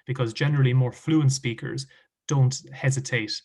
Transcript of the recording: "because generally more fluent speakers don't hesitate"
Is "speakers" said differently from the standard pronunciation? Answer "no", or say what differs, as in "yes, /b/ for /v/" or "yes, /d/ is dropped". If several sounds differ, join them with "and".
no